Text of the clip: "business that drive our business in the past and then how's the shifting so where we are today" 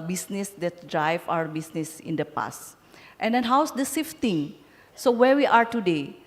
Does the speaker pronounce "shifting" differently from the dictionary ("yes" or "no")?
yes